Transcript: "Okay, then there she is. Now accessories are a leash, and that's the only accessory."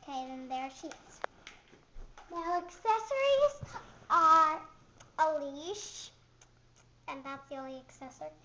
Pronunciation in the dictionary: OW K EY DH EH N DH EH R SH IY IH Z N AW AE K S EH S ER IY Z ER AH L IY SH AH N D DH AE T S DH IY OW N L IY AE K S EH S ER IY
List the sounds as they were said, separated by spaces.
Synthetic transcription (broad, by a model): K EY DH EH N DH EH R SH IY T S N AW AE K S EH S ER IY Z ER AH L IY SH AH N DH AE T S DH IY OW N L IY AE K S EH S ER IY